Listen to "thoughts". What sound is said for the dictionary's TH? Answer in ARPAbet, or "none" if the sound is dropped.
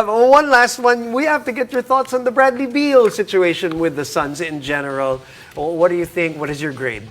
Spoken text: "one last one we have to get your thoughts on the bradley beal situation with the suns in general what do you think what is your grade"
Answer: TH